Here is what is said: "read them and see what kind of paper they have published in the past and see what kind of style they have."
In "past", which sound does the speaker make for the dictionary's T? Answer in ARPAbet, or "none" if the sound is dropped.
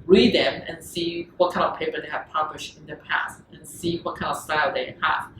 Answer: T